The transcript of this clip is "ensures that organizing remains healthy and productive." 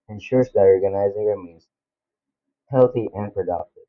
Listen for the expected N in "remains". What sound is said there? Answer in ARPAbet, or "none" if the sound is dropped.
none